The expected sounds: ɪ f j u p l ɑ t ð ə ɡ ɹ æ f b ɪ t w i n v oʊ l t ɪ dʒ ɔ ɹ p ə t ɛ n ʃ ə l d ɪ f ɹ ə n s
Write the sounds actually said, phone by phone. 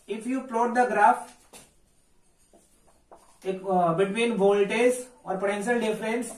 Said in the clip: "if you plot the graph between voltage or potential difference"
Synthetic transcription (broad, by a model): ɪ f j u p l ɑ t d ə ɡ ɹ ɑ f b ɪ t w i n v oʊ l t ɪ z ɔ ɹ p ə t ɛ n ʃ ə l d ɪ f ɹ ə n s